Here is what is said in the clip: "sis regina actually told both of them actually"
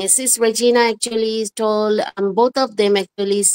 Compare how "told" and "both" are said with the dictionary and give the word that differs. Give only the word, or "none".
both